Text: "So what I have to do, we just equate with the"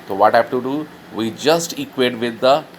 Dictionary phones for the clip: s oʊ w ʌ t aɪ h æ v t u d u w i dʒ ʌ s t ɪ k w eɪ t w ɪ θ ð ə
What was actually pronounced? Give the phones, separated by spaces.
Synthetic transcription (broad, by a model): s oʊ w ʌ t h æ f t u d u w i dʒ ʌ s t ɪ k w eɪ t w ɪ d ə